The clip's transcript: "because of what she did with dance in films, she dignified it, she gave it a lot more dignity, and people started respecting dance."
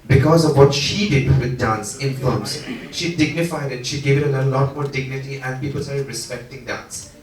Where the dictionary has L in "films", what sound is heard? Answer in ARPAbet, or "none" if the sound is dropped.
none